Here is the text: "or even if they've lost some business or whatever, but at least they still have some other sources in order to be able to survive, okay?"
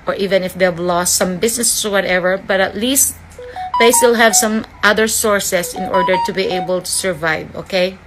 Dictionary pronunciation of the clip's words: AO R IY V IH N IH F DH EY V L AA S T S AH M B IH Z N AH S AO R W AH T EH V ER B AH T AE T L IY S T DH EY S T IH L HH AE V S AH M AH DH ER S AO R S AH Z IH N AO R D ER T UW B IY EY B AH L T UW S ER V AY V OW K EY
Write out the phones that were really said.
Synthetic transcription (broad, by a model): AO R IY V IH N IH F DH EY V L AA S T S AH M B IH S N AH S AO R W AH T EH V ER B AH T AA T L IY S T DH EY S T IH L HH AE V S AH M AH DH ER S AO R S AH S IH N AO R D ER T UW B IY EY B AH L T UW S ER V AY V OW K EY